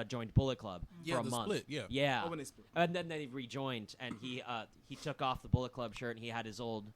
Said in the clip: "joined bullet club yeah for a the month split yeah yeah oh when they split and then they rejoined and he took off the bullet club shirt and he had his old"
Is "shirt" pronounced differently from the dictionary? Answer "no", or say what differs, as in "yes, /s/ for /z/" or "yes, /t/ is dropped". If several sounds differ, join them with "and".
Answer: no